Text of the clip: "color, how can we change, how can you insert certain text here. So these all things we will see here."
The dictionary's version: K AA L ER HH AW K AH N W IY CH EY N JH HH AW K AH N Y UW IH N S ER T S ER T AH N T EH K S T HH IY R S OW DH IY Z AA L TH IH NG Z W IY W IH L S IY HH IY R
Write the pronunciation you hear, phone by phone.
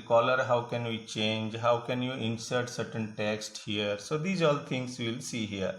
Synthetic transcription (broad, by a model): K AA L ER HH AW K AH N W IY CH EY N JH HH AW K AH N Y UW IH N S ER T S ER T AH N T EH K S T HH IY R S OW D IY Z AA L T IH NG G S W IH L S IY HH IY R